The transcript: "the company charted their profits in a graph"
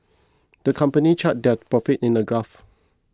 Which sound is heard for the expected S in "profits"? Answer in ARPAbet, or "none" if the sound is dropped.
none